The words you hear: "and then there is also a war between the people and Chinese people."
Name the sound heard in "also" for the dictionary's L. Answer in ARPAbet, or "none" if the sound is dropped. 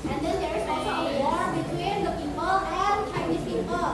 none